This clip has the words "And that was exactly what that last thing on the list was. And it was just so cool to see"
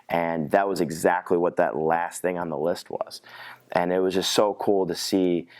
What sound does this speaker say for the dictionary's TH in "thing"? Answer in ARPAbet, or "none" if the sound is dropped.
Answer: TH